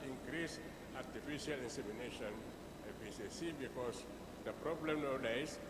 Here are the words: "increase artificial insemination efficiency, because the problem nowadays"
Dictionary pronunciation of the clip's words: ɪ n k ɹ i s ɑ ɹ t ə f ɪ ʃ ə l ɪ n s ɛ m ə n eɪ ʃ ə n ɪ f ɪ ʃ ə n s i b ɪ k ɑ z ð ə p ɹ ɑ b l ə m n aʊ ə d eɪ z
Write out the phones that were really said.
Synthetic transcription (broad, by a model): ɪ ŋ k ɹ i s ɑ t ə f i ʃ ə l ɪ n s ɛ m ə n eɪ ʃ ə n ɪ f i s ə s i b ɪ k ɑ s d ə p ɹ ɑ b l ə m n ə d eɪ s